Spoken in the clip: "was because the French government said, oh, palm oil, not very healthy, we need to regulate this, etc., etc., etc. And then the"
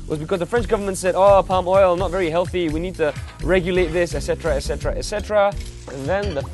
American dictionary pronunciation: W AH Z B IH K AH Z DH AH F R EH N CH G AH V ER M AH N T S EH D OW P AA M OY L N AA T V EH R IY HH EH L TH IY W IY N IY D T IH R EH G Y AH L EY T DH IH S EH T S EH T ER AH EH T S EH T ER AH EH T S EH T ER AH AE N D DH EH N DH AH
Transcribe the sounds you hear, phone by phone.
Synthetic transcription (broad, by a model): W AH Z B IH K AH Z DH AH F R EH N CH G AH V ER M AH N T S EH D OW P AA M OY L N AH T V EH R IY HH EH L TH IY W IY N IY D T IH R EH G Y AH L EY T DH IH S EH T S EH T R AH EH T S EH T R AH EH T S EH T ER AH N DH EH N DH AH